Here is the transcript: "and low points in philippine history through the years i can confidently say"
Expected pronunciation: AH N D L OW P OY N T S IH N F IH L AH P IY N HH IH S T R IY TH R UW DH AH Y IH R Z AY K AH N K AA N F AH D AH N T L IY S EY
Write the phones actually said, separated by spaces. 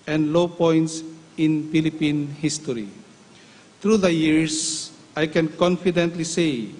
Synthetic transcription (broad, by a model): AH N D L OW P OY N T S IH N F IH L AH P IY N HH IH S T R IY T R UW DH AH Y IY R S AY K AH N K AA N F AH D AH N T L IY S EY